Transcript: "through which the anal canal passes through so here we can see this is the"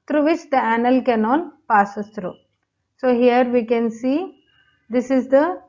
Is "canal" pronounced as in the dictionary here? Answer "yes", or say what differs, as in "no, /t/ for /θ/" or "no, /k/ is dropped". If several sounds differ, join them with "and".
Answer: no, /n/ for /l/